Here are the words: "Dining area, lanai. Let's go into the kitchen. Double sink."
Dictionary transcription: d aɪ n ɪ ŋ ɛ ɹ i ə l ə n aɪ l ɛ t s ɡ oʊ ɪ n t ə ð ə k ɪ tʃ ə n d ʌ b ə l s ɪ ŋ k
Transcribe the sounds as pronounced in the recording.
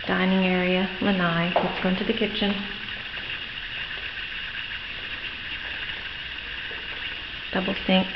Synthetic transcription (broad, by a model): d aɪ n ɪ ŋ ɛ ɹ i ə l ə n aɪ w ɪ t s ɡ oʊ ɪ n t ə ð ə k ɪ tʃ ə n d ʌ b l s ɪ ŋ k